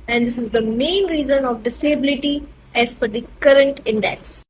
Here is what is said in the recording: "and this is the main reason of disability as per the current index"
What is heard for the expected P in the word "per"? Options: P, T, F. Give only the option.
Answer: F